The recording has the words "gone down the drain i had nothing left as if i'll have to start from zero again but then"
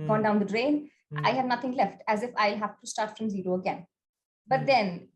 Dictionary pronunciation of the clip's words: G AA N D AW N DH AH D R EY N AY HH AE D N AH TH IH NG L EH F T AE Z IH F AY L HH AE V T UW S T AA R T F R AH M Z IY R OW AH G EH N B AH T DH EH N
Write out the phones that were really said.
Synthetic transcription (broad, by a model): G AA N D AW N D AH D R EY N AY HH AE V N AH T IH NG L EH F T AE Z IH F AY L HH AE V T UW S T AA R T F R AH M Z IY R OW AH G EH N B AH T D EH N